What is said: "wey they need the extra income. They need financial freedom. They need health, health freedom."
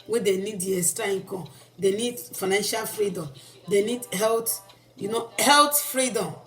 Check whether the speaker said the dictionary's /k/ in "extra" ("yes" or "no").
no